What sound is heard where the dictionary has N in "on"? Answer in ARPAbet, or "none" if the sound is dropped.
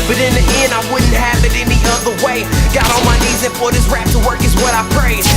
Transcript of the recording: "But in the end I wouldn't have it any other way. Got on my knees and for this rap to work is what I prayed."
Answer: L